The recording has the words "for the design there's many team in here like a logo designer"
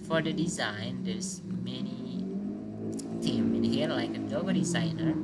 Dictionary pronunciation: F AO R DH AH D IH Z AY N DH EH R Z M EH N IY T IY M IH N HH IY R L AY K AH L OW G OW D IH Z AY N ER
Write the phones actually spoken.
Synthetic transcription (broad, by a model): F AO R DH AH D IH Z AY N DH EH R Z M EH N IY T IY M IH N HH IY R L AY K AH N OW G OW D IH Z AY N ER